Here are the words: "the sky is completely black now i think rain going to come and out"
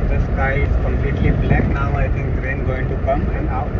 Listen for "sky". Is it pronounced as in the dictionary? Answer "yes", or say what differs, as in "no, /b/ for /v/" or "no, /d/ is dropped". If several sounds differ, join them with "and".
yes